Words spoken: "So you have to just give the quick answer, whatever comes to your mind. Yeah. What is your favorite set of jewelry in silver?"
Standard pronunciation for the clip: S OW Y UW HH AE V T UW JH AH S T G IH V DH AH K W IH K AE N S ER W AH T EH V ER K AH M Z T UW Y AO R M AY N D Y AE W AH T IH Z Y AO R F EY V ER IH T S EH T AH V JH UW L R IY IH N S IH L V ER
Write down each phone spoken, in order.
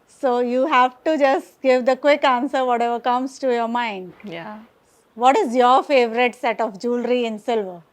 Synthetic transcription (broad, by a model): S OW Y UW HH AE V T UW JH AH S T G IH V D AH K W IH K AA N S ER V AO T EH V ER K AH M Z T UW Y AO R M AY N D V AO T IH Z Y AO R F EY V ER IH T S EH T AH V JH UW L R IY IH N S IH L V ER